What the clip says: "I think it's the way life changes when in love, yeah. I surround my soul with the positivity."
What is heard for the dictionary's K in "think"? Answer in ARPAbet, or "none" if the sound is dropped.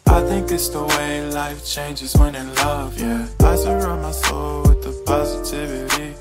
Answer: K